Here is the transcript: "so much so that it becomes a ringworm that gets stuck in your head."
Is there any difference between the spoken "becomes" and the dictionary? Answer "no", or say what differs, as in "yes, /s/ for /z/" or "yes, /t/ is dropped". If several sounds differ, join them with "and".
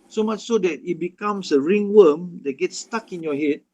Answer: yes, /s/ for /z/